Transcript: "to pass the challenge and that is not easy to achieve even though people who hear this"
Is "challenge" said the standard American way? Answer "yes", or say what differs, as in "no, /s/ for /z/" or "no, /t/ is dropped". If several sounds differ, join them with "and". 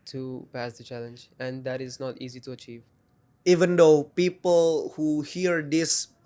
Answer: yes